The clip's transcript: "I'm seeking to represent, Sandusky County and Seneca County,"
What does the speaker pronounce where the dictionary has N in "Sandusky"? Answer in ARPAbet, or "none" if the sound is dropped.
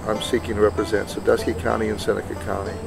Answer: none